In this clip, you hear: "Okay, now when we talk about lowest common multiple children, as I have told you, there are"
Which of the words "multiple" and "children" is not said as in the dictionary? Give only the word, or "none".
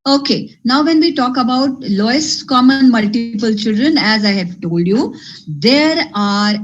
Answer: none